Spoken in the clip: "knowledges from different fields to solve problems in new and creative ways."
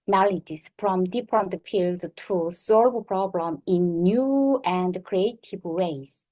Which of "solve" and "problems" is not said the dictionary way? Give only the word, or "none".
problems